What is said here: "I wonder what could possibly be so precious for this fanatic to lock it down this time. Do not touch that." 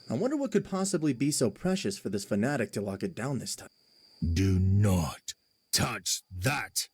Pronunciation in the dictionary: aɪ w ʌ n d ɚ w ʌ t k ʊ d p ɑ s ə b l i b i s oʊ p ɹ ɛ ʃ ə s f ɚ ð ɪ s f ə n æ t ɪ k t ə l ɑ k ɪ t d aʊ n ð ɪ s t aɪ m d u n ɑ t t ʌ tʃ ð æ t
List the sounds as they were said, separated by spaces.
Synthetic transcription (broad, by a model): aɪ w ʌ n d ɚ w ʌ t k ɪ d p ɑ s ə b l i b i s oʊ p ɹ ɛ ʃ ə s f ɚ ð ɪ s f ə n æ t ɪ k t ə l ɑ k ɪ t d aʊ n ð ɪ s t aɪ m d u n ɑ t t ʌ tʃ ð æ t